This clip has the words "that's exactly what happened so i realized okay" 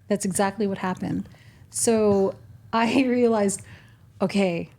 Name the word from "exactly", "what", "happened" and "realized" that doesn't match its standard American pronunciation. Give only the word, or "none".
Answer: none